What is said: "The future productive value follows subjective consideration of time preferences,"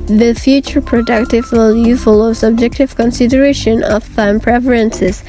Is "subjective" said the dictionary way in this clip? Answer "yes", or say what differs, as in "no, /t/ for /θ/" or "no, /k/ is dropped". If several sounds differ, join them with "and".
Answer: yes